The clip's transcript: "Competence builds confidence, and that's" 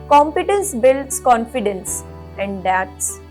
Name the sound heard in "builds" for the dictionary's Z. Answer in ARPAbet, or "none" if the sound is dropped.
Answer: S